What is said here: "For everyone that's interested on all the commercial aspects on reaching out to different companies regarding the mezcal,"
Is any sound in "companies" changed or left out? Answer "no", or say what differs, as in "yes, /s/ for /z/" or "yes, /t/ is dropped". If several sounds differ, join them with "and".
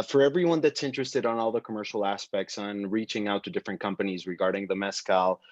no